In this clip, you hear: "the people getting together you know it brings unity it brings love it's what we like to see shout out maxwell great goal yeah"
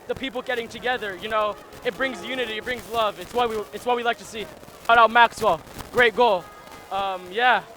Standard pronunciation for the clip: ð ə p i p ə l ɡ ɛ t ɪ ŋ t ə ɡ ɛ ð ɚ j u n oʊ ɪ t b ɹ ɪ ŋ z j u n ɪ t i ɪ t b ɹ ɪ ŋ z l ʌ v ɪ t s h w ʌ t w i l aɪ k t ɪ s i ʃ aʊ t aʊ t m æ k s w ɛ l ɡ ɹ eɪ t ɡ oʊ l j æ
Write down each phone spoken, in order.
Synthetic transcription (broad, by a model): ð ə p i p l ɡ ɛ t ɪ ŋ t ə ɡ ɛ ð ɚ j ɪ n oʊ ɪ t b ɹ ɪ ŋ z j u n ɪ t i ɪ t b ɹ ɪ ŋ z l ʌ v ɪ t s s w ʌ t w i l aɪ k t ɪ s i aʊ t aʊ t m æ k s w ɛ l ɡ ɹ eɪ t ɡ oʊ l j æ